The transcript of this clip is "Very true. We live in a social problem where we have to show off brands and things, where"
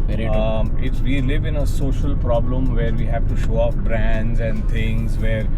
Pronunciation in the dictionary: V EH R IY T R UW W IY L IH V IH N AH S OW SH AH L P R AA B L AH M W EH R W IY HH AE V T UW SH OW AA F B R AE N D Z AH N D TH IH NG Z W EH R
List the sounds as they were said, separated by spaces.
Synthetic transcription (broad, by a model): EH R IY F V IY L IH V IH N AH S OW SH AH L P R AA B L AH M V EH R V IY HH AE V T UW SH OW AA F B R AE N D Z AH N D T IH NG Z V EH R